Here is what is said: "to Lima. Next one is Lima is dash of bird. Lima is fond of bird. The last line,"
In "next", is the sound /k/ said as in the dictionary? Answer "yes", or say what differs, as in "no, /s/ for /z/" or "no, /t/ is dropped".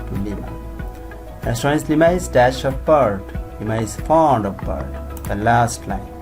no, /k/ is dropped